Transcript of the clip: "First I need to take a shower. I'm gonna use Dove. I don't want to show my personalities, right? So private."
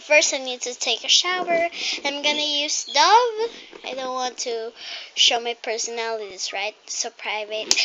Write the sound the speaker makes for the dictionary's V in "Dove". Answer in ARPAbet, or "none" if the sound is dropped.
V